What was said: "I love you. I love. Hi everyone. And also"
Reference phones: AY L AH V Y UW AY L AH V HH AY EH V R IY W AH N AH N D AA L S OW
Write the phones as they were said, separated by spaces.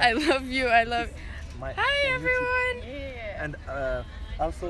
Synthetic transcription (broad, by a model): AY L AH V Y UW AY L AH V HH AY EH V R IY W AH N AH N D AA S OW